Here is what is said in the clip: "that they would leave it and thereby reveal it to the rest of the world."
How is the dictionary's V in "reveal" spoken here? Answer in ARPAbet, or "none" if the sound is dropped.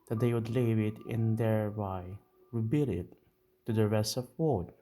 B